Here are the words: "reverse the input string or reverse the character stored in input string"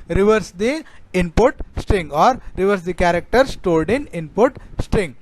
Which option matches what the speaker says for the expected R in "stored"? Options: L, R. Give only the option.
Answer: L